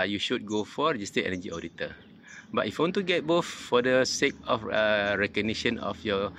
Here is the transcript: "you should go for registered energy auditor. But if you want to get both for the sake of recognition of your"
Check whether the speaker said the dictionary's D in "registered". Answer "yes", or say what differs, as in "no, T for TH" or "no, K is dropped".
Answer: no, D is dropped